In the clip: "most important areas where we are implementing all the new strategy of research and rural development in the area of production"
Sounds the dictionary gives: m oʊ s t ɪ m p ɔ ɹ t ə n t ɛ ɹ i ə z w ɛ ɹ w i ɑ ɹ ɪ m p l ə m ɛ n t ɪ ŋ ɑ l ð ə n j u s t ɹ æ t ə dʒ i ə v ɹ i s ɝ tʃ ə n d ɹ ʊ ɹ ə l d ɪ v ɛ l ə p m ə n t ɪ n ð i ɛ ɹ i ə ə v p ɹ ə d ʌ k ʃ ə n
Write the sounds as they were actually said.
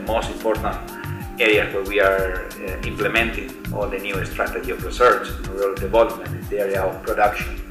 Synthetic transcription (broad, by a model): m oʊ s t ɪ m p ɔ ɹ t ə n t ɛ ɹ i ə s w ɛ ɹ w i ɑ ɹ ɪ m p l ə m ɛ n t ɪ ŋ ɑ l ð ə n j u s t ɹ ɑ t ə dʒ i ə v ɹ i s ɝ tʃ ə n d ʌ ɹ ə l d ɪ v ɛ l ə p m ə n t ɪ n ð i ɛ ɹ i ə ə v p ɹ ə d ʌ k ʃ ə n